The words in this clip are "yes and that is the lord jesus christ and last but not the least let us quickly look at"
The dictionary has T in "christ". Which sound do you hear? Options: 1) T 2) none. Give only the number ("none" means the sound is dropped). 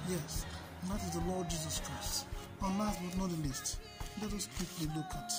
1